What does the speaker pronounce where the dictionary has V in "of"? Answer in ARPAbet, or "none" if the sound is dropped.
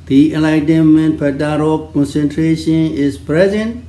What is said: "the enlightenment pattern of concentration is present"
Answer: P